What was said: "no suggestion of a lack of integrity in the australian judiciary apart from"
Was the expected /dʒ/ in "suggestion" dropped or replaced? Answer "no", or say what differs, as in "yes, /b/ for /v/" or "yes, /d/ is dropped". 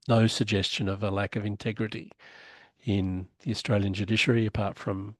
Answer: no